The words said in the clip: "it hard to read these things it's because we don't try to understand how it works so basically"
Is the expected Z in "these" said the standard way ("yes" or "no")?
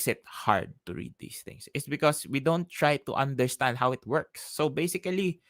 no